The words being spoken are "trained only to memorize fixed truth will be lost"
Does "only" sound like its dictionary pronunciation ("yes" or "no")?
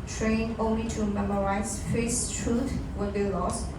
yes